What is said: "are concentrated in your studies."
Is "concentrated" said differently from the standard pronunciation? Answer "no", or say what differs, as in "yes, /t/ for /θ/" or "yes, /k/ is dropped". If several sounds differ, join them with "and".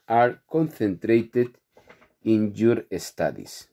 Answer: yes, /θ/ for /s/